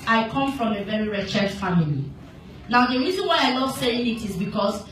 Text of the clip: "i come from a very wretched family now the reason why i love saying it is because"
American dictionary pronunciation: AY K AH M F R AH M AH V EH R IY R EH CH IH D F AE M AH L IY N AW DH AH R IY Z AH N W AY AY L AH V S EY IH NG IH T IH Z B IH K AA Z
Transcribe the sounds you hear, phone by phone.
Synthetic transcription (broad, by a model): AY K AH M F R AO M AH V EH R IY R EH CH IH D F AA M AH L IY N AW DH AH R IY Z AH N W AY AY N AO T S EY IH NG IH T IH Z B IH K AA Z